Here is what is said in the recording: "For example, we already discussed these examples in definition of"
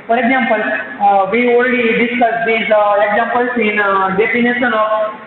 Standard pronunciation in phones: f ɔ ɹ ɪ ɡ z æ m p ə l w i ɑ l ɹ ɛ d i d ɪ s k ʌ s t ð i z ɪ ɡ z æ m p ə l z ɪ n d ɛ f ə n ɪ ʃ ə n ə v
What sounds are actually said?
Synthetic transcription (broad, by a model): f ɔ ɹ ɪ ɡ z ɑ m p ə l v i ɑ l ɹ ɛ d i d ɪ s k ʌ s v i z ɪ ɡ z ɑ m p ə l s ɪ n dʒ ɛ p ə n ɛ s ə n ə